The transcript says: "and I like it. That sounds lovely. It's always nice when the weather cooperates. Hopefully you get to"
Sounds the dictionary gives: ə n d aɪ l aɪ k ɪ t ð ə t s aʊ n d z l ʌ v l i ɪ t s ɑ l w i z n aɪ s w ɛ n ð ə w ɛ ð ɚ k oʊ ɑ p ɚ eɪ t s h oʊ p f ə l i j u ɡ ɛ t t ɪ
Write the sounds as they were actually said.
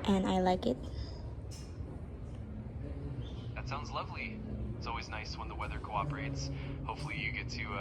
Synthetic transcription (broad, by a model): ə n aɪ l aɪ k ɪ t ð ə t s aʊ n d z l ʌ v l i ɪ t s ɑ l w i z n aɪ s w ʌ n ð ə w ɛ ð ɚ k oʊ ɑ p ɚ eɪ t s h oʊ p f l i j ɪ ɡ ɛ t t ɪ